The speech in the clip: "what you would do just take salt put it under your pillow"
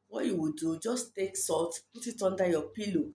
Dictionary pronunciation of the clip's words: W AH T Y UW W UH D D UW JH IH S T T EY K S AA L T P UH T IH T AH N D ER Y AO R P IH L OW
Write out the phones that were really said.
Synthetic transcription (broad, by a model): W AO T Y UW W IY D D UW JH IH S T T EY K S AA T P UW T IH T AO N D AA Y AO P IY L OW